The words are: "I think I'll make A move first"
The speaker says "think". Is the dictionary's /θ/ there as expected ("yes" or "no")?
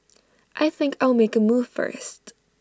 yes